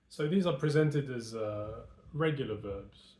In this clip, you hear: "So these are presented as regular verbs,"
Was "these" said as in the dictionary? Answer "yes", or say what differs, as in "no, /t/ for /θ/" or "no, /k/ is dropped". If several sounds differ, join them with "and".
yes